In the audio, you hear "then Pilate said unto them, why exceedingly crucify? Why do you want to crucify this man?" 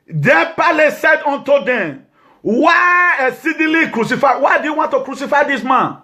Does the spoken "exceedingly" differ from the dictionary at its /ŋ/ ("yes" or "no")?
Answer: yes